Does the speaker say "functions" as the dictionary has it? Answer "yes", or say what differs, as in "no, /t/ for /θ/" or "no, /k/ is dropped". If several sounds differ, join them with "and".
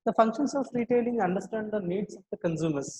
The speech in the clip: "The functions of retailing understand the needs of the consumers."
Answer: no, /s/ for /z/